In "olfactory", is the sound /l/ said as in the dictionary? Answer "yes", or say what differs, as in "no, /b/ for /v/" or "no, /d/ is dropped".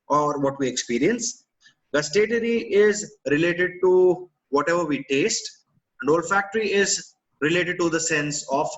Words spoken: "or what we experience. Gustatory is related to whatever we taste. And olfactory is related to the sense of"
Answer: yes